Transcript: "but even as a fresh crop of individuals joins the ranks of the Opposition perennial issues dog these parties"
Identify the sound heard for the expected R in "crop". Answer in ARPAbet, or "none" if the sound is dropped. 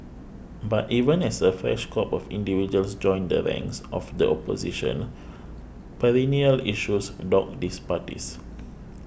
none